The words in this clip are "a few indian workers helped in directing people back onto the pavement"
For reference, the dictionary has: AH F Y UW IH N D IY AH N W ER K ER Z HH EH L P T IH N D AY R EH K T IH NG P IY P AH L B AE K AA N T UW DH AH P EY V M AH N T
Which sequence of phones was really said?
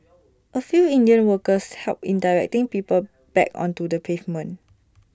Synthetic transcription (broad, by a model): AH F Y UW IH N D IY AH N W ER K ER S HH EH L P IH N D AY R EH K T IH NG P IY P AH L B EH K AA N T UW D AH P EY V M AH N